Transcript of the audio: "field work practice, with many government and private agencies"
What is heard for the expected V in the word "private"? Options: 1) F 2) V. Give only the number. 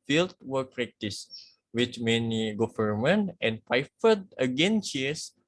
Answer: 1